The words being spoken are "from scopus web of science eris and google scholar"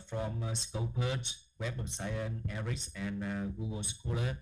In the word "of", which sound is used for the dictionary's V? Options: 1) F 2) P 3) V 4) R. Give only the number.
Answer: 2